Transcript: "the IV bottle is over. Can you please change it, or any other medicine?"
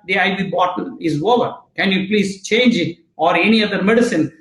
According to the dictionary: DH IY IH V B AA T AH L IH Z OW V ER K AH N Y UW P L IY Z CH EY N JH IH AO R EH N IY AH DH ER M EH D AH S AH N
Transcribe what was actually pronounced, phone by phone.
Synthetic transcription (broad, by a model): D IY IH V B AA T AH N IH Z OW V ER K AH N Y UW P L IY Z CH EY N JH AO R EH N IY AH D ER M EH D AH S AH N